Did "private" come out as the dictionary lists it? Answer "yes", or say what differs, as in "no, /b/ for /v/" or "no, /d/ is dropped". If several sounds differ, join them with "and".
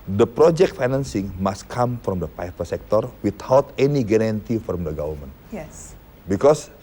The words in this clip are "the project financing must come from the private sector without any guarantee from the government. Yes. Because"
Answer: no, /ɹ/ is dropped and /f/ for /v/